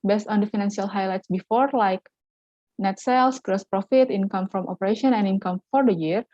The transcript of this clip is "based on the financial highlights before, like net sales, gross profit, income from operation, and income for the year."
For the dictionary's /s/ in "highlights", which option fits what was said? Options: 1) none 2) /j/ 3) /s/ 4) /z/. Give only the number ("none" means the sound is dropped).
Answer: 3